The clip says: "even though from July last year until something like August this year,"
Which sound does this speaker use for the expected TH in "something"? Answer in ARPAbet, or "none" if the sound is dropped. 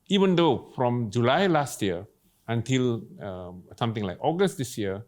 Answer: T